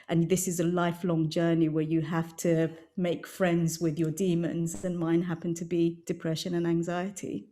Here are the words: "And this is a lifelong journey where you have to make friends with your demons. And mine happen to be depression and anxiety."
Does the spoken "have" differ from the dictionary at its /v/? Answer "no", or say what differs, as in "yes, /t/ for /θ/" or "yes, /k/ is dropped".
yes, /f/ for /v/